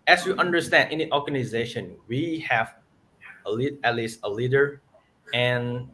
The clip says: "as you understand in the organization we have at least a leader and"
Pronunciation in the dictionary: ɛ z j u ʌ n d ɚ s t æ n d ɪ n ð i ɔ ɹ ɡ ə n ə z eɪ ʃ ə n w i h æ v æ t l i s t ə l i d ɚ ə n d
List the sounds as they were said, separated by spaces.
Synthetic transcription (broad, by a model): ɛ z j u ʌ n d ɚ s t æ n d ɪ n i ɔ ɹ ɡ ə n ə z eɪ ʃ ə n w i h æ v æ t l i s t ə l i d ɚ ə n